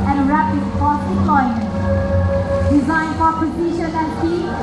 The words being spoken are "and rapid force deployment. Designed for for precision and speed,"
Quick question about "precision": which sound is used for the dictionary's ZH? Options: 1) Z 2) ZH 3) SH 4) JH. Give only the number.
3